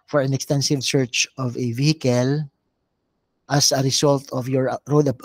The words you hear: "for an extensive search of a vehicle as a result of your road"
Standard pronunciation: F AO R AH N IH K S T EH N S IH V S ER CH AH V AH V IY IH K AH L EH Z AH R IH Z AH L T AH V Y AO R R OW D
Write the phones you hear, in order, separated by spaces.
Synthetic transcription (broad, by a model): F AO R AH N IH K S T EH N S IH V S ER CH AH V AH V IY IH K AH L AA S AH R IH S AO L T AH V Y AO R R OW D